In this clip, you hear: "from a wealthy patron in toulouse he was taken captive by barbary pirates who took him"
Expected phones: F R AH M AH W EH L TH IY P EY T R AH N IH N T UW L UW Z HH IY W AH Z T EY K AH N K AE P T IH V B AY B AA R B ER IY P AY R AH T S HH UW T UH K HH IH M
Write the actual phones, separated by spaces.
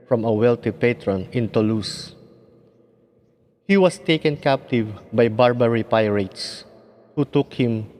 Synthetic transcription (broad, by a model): F R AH M AH W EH L T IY P EY T R AH N IH N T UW L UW S HH IY W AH S T EY K AH N K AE P T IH V B AY B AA R B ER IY P AY R AH T S HH UW T UH K HH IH M